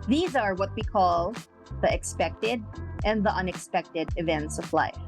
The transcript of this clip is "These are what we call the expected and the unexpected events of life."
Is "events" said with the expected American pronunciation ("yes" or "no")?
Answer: yes